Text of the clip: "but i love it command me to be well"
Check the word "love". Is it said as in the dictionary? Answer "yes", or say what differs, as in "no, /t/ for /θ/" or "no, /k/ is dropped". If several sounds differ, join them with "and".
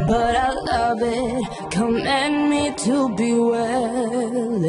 yes